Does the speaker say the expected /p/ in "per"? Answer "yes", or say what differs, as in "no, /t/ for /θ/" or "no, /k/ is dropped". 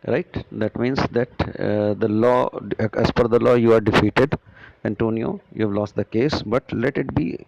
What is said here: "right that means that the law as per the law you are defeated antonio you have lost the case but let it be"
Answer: no, /f/ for /p/